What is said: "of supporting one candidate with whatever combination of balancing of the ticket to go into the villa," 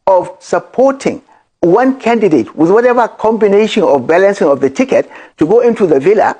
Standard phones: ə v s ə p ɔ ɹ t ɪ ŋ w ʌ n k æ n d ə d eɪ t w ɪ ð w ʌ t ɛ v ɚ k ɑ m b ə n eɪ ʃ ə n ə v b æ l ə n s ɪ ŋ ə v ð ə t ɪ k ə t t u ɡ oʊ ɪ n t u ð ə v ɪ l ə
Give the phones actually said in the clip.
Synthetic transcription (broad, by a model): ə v s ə p ɔ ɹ t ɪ ŋ w ʌ n k æ n d ə d eɪ t w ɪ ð w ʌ t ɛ v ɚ k ɑ m b ə n eɪ ʃ ə n ə v b æ l ə n s ɪ ŋ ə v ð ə t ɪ k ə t t u ɡ oʊ ɪ n t u ð ə v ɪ l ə